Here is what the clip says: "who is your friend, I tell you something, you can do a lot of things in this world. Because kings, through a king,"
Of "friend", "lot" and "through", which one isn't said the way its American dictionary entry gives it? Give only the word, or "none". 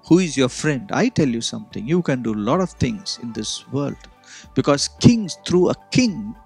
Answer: through